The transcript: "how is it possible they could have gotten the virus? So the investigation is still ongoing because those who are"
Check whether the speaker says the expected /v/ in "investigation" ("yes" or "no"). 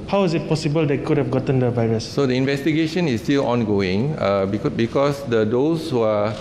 yes